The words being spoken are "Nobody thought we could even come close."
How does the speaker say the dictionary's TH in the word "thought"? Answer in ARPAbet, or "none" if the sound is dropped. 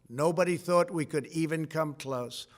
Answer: TH